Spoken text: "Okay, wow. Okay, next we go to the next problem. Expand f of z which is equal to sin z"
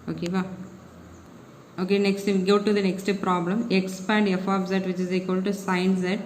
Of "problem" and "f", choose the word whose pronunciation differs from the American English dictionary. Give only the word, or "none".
none